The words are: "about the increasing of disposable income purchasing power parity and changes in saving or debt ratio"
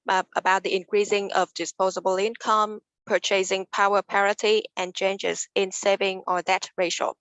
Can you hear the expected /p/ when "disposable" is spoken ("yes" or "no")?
yes